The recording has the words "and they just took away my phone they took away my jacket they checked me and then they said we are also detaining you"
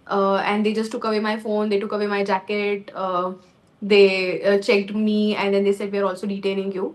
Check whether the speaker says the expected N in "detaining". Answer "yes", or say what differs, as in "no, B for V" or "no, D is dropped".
no, L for N